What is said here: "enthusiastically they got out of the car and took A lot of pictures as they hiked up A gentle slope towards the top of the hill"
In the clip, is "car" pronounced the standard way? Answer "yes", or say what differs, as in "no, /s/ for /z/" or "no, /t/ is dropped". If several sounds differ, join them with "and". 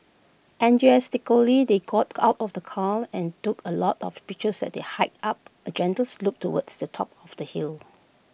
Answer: no, /l/ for /ɹ/